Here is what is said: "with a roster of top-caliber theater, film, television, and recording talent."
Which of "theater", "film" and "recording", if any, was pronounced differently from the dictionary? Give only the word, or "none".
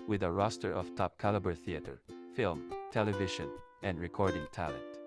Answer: none